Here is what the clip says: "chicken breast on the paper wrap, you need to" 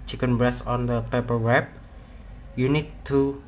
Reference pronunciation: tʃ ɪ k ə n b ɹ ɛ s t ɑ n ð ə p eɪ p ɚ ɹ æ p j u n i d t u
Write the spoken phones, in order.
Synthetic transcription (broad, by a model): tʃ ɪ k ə n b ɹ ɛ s ɑ n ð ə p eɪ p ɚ w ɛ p j u n i d t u